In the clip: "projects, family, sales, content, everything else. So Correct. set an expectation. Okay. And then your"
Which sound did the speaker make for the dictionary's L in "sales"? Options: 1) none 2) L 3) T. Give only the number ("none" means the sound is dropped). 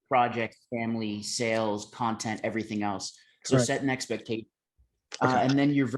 2